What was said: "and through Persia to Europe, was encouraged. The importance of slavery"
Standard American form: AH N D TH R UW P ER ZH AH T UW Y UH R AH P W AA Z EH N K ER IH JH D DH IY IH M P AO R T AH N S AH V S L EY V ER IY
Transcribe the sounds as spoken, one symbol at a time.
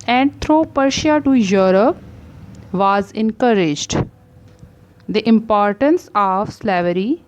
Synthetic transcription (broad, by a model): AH N D T R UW P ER SH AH T UW Y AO R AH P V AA Z EH N K ER IH JH D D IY IH M P AO R T AH N S AH V S L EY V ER IY